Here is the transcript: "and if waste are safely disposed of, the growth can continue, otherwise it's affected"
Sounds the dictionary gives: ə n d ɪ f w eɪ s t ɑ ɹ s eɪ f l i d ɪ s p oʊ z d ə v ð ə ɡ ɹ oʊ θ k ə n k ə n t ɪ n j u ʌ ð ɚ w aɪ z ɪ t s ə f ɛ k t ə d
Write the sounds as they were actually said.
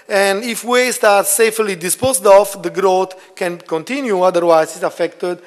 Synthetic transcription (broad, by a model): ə n d ɪ f w eɪ s t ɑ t s eɪ f l i d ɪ s p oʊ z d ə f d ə ɡ ɹ oʊ t k ə n k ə n t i n j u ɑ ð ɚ w aɪ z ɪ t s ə f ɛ k t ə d